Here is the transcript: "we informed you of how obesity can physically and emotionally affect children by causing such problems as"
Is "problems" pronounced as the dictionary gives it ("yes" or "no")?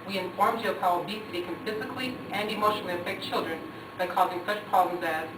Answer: yes